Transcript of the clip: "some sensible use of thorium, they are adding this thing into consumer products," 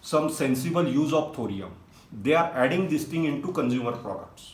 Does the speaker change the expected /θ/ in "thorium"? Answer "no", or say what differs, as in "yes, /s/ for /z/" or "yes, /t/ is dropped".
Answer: yes, /t/ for /θ/